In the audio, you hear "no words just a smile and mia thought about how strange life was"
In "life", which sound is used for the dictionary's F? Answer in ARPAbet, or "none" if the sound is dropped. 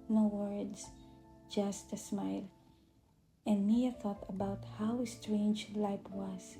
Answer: P